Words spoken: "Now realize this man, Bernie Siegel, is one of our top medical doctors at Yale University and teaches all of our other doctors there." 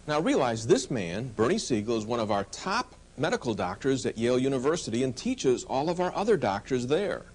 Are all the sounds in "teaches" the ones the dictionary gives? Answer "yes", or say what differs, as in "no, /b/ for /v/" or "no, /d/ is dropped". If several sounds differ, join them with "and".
yes